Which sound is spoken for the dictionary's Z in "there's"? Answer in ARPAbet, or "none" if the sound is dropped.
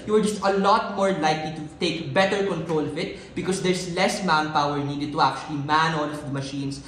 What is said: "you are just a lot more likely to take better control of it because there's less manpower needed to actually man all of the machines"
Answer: S